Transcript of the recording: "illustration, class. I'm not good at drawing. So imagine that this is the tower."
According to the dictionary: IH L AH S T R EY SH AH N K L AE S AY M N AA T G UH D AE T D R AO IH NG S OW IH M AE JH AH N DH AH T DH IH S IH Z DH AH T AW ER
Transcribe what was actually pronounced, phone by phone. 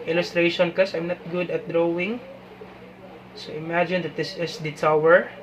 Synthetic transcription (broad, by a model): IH L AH S T R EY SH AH N K AH S AY M N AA T G UH D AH T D R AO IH NG S OW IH M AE JH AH N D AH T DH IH S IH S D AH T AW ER